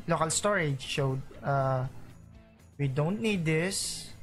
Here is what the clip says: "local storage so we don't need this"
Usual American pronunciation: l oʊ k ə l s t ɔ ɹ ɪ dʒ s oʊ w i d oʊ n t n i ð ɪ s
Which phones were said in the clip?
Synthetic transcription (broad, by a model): l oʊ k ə l s t ɔ ɹ ɪ dʒ ʃ oʊ w i d oʊ n t n i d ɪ s